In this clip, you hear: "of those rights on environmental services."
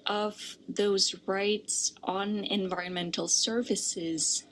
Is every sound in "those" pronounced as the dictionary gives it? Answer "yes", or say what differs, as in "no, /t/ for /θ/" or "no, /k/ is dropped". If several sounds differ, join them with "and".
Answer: yes